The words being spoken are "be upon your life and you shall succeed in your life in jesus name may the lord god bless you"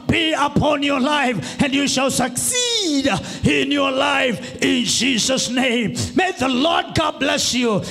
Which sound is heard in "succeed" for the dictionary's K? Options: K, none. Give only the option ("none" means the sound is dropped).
K